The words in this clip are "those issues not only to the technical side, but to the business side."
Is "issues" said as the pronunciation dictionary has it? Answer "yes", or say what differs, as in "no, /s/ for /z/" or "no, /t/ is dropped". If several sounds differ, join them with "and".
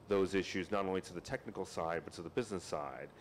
yes